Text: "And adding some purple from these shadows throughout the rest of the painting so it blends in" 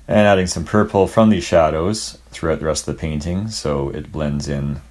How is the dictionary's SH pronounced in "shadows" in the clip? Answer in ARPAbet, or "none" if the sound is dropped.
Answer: SH